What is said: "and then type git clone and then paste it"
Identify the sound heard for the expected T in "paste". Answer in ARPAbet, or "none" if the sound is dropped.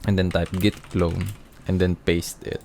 T